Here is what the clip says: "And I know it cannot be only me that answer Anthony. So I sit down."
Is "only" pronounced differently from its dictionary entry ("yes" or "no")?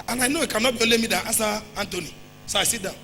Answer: yes